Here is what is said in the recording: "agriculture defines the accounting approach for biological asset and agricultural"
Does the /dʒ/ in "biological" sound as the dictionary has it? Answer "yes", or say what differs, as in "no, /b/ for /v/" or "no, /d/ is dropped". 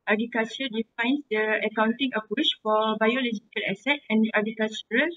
yes